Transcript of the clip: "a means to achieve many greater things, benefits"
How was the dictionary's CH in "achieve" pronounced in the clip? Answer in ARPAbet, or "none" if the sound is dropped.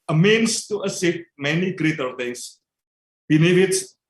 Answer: S